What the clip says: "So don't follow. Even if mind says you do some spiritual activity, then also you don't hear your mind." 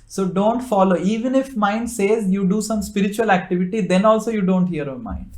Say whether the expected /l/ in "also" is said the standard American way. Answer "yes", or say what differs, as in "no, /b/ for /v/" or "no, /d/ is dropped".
yes